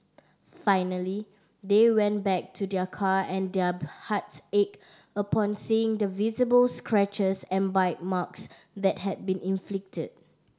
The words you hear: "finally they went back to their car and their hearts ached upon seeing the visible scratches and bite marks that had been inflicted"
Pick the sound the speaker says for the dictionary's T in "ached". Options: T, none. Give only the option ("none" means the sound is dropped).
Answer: none